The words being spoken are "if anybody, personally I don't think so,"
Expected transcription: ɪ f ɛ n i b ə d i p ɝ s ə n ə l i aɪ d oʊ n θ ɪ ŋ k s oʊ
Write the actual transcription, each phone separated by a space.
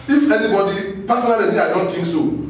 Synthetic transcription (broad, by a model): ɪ f ɛ n i b ə d i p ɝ s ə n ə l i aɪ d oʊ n t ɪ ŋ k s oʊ